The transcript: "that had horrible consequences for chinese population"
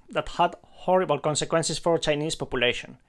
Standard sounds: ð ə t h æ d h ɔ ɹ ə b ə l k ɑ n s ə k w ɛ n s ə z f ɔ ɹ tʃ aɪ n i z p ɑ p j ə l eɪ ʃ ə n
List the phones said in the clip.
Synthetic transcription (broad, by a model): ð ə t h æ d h ɔ ɹ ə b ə l k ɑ n s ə k w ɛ n s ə s f ɔ ɹ tʃ aɪ n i s p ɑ p j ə l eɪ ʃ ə n